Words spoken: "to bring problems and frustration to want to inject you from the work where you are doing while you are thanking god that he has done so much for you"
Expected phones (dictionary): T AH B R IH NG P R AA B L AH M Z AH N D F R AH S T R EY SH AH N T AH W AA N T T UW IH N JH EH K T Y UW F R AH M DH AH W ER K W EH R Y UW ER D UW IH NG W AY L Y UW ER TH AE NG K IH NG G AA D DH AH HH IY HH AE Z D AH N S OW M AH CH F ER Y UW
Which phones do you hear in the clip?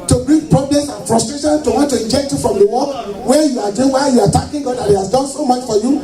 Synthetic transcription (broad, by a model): T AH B R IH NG P R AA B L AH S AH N F R AH S T R EY SH AH N T AH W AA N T T UW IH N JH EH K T Y UW F R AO M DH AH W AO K W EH Y UW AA D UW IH W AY Y UW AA T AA K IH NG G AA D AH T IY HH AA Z D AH N S OW M AH CH F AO Y UW